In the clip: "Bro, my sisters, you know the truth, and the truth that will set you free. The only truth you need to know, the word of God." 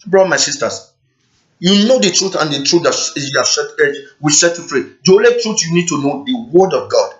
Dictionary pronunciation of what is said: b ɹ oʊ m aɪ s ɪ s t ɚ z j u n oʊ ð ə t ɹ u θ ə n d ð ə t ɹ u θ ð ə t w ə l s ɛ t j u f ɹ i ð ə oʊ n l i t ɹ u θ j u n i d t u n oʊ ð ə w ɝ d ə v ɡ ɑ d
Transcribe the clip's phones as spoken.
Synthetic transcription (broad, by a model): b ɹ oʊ m aɪ s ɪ s t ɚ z j u n oʊ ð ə t ɹ u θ ə n d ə t ɹ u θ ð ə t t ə w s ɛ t j u f ɹ i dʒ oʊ l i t ɹ u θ j u n i d t u n oʊ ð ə w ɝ d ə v ɡ ɑ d